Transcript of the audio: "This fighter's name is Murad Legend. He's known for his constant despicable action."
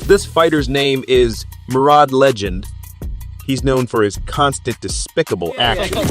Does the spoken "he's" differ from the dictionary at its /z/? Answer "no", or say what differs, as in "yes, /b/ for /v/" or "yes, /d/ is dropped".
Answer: no